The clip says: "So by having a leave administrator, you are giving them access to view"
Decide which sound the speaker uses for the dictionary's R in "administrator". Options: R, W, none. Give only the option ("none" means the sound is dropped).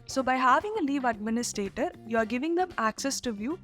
R